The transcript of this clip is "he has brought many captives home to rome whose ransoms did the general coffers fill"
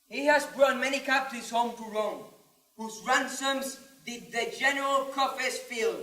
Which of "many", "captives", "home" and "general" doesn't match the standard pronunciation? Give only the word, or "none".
captives